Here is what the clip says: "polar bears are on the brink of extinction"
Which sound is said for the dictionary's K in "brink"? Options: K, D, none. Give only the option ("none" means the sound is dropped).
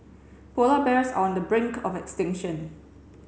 K